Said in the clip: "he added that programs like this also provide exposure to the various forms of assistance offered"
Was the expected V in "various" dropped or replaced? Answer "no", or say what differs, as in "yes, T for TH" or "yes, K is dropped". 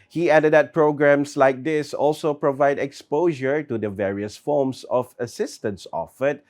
no